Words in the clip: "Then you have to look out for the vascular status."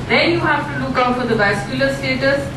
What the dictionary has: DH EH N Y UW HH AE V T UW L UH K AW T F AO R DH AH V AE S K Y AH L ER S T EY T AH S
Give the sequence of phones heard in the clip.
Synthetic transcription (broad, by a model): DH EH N Y UW HH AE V T UW L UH K AW T F AO R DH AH B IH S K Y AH L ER S T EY T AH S